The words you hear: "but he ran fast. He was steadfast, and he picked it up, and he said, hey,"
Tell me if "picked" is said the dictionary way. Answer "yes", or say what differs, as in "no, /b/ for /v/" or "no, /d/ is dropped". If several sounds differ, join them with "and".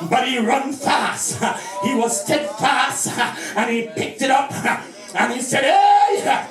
yes